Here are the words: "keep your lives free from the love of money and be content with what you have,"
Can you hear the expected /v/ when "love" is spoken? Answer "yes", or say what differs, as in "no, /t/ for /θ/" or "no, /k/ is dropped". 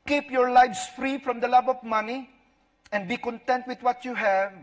no, /b/ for /v/